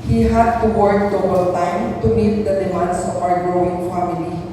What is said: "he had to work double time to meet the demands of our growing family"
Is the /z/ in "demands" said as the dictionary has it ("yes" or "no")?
no